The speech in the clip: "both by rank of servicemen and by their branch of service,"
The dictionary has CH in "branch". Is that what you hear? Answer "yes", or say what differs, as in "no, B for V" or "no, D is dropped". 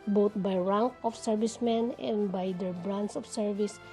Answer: no, S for CH